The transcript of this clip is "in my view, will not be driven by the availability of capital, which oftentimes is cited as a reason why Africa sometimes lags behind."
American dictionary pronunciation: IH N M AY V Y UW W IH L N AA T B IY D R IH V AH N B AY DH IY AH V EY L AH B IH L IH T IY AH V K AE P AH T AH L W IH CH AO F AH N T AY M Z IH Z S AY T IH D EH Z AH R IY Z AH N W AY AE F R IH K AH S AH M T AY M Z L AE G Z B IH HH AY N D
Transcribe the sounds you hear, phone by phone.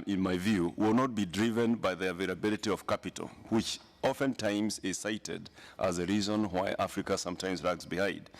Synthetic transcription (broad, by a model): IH N M AY V Y UW W IH L N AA T B IY D R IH V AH N B AY DH IY AH V EY L AH B IH L IH T IY AH V K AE P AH T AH L W IH CH AO F AH N T AY M Z IH Z S AY T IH D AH Z AH R IY Z AH N W AY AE F R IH K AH S AH M T AY M Z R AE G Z B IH HH AY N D